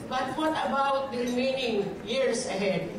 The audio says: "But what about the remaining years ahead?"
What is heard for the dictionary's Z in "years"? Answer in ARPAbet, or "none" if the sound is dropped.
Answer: S